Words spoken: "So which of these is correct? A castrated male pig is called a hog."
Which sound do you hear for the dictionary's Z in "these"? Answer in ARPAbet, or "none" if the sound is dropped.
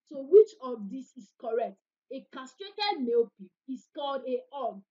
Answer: S